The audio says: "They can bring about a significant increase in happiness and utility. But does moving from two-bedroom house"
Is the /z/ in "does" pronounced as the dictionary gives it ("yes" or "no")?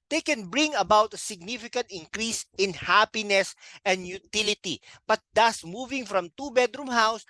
no